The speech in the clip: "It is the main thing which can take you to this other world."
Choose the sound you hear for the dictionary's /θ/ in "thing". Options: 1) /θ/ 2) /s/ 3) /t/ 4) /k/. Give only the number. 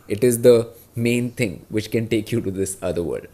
3